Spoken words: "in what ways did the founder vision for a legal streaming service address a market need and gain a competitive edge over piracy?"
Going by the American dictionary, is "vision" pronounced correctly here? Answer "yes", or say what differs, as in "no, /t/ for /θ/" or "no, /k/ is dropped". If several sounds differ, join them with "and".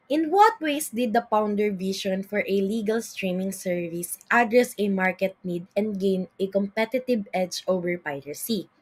no, /ʃ/ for /ʒ/